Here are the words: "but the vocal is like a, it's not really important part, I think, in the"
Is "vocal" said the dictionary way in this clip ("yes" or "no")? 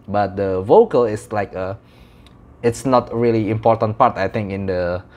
yes